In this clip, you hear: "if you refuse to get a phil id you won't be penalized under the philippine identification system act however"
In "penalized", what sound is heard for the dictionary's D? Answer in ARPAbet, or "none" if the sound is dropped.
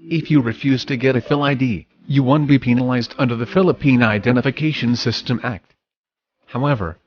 D